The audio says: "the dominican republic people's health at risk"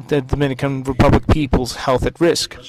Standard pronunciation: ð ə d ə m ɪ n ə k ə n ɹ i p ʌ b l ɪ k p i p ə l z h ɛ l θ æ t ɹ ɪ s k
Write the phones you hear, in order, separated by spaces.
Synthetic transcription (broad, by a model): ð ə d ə m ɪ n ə k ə n ɹ i p ʌ b l ɪ k p i p ə l z h ɛ l θ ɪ t ɹ ɪ s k